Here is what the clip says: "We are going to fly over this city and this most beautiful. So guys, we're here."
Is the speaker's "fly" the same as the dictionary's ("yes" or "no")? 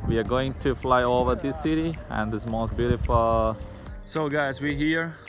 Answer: yes